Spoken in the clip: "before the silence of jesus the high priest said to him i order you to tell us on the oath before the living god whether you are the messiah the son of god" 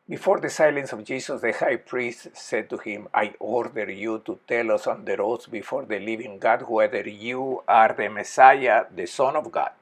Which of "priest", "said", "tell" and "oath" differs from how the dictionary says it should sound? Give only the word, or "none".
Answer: oath